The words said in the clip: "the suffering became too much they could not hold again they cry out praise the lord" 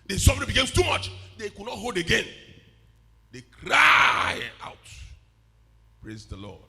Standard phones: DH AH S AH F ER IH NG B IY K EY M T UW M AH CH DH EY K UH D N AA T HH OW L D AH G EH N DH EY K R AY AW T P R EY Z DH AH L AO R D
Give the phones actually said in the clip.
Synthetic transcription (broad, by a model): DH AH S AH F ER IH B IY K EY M T UW M AH CH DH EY K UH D N AA T HH OW L D AH G EH N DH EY K R AY AW T P R EY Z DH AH L AO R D